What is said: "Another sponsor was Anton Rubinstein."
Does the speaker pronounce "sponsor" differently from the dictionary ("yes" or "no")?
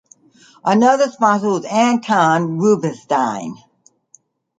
yes